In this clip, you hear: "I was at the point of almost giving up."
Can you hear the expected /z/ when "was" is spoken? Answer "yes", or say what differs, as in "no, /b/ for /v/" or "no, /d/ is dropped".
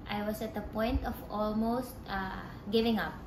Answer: no, /s/ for /z/